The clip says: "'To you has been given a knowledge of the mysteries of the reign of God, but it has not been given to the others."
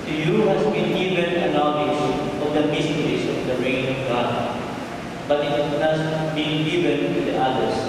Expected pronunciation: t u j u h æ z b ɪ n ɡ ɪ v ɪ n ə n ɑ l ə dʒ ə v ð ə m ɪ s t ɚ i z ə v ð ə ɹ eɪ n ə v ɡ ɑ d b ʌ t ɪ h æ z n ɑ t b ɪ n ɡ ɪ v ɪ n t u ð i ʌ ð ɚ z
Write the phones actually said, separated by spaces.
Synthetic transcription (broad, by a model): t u j u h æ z b ɪ n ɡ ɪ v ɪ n ə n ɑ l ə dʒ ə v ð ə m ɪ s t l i s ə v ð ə ɹ eɪ n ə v ɡ ɑ d b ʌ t ɪ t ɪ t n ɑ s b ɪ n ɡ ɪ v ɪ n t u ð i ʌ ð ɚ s